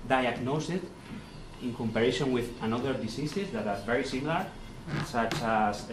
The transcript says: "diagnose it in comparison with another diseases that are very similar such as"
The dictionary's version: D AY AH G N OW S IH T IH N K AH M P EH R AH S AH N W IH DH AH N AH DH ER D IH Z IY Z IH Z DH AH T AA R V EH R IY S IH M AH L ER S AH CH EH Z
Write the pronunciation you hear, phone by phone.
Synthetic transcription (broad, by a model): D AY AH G N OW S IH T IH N K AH M P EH R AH SH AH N W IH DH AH N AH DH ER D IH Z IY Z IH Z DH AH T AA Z V EH R IY S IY M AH L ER S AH CH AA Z